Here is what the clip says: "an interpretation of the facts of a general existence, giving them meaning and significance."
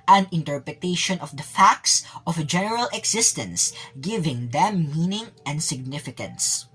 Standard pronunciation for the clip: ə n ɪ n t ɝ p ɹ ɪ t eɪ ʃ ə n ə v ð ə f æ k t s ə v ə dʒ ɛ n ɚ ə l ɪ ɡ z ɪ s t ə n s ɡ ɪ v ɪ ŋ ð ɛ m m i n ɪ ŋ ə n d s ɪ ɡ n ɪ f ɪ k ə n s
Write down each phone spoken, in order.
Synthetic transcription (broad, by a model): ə n ɪ n t ɝ p ɹ ɪ t eɪ ʃ ə n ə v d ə f æ k t s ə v ə dʒ ɛ n ɚ ə l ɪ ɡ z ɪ s t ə n s ɡ ɪ v ɪ ŋ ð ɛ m m i n ɪ ŋ ə n d s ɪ ɡ n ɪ f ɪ k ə n s